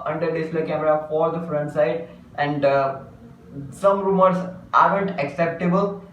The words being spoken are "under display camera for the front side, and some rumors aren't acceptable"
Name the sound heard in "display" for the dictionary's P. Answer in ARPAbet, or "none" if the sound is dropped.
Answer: none